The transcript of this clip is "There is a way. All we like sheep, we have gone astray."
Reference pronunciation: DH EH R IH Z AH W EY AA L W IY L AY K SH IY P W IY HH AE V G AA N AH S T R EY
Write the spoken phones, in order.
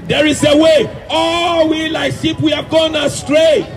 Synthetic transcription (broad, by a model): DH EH R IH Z AH W EY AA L W IY L AY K S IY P W IY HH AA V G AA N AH S T R EY